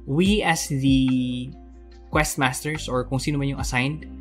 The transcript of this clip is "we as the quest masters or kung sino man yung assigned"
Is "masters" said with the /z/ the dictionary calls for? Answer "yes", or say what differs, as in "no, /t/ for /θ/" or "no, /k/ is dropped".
no, /s/ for /z/